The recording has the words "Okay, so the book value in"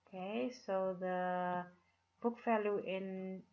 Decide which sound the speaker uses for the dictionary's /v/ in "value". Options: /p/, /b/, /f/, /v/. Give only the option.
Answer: /f/